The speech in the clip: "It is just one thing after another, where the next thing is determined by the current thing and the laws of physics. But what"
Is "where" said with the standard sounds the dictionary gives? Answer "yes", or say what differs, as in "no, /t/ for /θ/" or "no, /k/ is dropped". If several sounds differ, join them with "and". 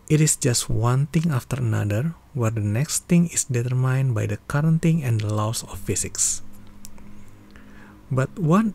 yes